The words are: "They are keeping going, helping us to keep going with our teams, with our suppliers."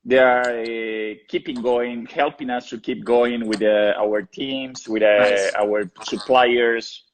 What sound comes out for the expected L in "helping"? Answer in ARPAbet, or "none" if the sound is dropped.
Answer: L